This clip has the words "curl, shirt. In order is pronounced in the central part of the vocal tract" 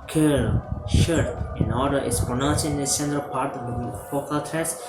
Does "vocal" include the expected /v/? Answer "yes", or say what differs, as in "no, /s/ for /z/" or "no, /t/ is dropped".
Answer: no, /f/ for /v/